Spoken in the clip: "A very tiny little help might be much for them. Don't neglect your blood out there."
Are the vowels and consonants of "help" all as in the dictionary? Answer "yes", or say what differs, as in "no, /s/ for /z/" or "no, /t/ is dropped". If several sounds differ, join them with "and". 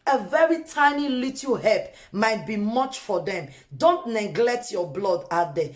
no, /l/ is dropped